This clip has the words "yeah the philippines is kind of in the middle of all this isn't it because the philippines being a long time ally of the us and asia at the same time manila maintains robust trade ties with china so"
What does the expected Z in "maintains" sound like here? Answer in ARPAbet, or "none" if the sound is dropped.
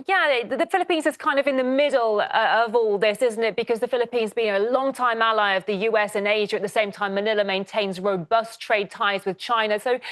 Z